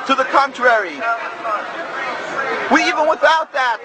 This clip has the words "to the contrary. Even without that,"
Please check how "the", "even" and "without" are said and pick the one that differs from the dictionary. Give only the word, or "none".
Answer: none